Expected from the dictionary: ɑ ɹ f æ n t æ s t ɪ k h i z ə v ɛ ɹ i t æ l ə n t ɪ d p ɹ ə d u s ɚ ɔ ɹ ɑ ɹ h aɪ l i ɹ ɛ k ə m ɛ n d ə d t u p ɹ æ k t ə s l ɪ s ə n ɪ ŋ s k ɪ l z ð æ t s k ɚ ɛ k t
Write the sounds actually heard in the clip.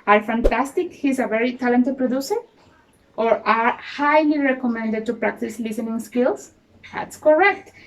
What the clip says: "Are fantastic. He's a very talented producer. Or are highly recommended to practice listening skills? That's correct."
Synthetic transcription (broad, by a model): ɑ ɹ f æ n t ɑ s t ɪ k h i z ə v ɛ ɹ i t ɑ l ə n t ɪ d p ɹ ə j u s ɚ ɔ ɹ ɑ ɹ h aɪ l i ɹ ɛ k ə m ɛ n d ə d t u p ɹ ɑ k t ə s l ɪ s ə n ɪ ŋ s k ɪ l s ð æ t s k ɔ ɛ k t